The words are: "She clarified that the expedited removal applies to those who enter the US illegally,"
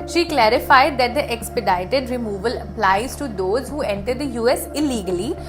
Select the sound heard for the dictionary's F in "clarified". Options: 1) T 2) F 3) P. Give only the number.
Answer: 2